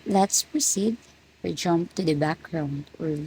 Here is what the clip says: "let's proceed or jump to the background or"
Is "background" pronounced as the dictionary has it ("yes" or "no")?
yes